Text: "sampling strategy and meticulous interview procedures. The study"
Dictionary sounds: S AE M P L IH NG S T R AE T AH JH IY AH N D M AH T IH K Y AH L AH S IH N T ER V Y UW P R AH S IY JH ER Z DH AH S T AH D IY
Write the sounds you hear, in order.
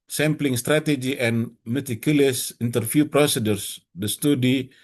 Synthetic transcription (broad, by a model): S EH M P L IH NG S T R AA T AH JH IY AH N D M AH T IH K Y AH L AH S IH N T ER F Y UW P R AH S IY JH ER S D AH S T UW D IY